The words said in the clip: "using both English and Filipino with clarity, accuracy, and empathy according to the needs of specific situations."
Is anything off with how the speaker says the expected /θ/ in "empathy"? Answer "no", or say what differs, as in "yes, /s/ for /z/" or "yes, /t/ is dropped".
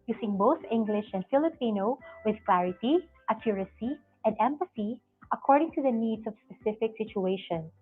yes, /s/ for /θ/